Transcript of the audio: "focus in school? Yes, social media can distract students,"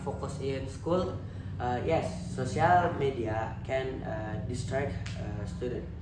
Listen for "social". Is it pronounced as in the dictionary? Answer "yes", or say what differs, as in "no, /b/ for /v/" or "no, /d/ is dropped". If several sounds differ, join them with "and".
no, /ʃ/ is dropped